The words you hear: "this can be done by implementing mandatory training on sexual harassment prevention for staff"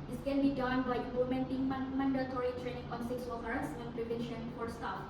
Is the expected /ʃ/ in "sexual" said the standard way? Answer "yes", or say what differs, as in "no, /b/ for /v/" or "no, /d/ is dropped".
no, /s/ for /ʃ/